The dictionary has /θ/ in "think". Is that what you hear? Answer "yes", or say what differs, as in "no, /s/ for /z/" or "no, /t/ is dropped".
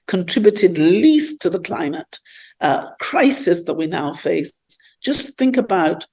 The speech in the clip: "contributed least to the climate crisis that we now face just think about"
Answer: yes